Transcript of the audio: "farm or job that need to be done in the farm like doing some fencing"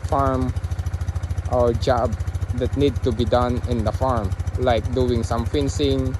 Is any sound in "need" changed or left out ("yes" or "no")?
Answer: no